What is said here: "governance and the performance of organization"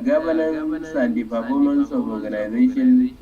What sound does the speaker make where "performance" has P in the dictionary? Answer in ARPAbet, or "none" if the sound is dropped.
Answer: B